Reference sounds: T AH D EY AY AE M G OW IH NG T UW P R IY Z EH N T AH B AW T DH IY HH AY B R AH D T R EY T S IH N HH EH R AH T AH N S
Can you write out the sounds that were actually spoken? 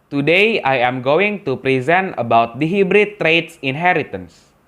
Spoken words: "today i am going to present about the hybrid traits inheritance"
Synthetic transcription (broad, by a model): T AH D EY AY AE M G OW IH NG T UW P R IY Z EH N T AH B AW T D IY HH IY B R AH T R EY T S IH N HH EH R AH T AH N S